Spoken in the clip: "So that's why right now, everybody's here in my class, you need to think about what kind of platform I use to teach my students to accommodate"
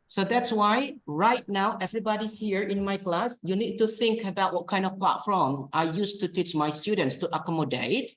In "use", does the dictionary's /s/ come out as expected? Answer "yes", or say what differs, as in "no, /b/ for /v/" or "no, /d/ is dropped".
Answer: yes